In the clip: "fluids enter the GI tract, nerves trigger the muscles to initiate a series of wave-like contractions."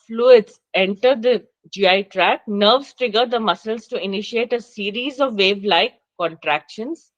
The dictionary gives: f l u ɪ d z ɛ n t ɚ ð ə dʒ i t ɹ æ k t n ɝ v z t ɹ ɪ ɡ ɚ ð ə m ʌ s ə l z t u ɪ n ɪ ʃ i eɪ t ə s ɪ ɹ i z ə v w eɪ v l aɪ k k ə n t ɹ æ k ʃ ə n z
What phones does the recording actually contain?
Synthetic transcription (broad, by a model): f l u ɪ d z ɛ n t ɚ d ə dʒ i t ɹ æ k n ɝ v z t ɹ ɪ ɡ ɚ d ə m ʌ s ə l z t u ɪ n ɪ ʃ i eɪ t ə s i ɹ i z ə v eɪ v l aɪ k k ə n t ɹ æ k ʃ ə n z